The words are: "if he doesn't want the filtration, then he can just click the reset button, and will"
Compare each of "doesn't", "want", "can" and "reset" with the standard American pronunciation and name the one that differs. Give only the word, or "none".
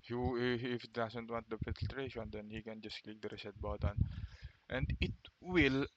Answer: doesn't